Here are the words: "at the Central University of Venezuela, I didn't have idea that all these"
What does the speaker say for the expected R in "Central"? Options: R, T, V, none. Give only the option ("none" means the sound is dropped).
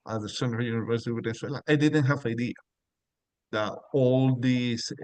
none